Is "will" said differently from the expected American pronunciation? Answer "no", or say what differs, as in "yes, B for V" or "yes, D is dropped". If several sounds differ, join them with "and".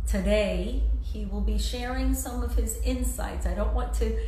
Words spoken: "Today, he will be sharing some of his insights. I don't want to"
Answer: no